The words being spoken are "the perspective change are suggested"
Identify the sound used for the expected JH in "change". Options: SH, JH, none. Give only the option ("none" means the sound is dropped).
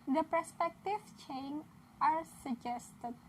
none